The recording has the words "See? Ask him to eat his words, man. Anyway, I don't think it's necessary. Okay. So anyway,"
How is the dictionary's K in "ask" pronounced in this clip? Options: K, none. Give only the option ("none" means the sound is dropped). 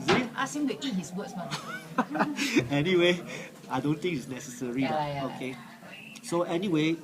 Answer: none